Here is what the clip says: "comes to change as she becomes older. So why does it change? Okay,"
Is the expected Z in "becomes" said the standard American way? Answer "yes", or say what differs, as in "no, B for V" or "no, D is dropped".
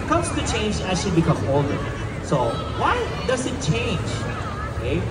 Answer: no, Z is dropped